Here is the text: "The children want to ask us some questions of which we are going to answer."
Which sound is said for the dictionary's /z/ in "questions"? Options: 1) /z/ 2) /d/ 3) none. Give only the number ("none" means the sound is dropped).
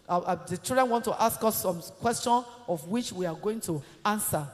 3